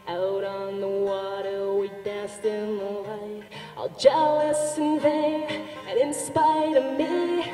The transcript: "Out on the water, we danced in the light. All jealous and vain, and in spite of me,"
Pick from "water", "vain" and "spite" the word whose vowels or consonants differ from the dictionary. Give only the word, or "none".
vain